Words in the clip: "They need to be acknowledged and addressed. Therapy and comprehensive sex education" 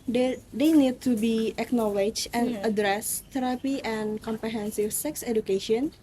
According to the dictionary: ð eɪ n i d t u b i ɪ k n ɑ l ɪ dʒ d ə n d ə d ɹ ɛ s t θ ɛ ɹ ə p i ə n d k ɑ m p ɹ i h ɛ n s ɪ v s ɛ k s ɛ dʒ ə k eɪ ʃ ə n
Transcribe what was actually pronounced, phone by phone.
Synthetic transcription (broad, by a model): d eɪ n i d t u b i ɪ k n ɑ l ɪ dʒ ə n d ə d ɹ ɛ s t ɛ ɹ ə p i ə n k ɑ m p ɹ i h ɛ n s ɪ f s ɛ k s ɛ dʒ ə k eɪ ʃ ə n